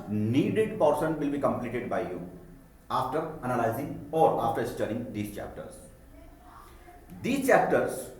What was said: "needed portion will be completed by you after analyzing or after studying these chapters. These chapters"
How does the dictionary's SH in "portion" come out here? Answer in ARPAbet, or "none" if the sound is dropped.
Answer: S